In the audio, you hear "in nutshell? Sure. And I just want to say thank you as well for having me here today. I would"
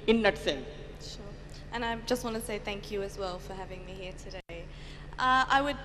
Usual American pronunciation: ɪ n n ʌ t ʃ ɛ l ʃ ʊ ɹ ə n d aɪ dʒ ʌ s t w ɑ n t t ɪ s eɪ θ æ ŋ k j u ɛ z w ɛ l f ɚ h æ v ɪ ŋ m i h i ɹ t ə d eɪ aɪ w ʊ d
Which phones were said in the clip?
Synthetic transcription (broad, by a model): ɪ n n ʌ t s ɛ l ʃ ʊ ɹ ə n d aɪ dʒ ʌ s t w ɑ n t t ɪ s eɪ θ æ ŋ k j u z w ɛ l f ɚ h æ v ɪ ŋ m i h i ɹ t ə d eɪ aɪ w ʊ d